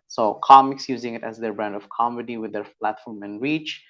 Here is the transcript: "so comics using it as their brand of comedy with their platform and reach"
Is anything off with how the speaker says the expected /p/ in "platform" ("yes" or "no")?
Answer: no